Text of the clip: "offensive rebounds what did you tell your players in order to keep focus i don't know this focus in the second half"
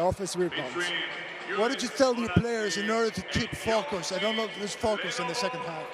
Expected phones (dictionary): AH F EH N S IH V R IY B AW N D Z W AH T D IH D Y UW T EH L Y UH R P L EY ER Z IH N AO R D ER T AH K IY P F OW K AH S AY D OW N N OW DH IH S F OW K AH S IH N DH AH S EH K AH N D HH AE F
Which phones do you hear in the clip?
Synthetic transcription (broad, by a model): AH F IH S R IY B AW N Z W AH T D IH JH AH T EH L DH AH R P L EY ER Z IH N AO R D ER T AH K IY P F OW K AH S AY D OW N N OW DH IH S F OW K AH S IH N DH AH S EH K AH N D HH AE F